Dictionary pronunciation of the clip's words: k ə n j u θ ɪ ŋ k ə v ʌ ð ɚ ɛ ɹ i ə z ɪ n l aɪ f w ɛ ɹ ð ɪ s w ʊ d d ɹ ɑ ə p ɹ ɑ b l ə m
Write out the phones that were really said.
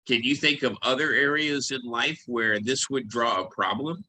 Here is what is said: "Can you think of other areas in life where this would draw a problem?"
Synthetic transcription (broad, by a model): k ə n j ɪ θ ɪ ŋ k ə v ʌ ð ɚ ɛ ɹ i ə z ɪ n l aɪ f w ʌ ɹ ð ɪ s w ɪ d d ɹ ɑ ə p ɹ ɑ b l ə m